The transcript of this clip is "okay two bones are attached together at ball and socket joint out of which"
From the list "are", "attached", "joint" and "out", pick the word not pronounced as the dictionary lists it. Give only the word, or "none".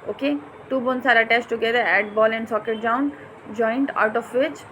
attached